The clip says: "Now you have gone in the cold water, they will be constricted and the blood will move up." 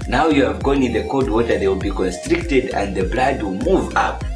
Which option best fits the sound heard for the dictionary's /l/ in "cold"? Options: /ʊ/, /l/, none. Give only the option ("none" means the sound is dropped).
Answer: none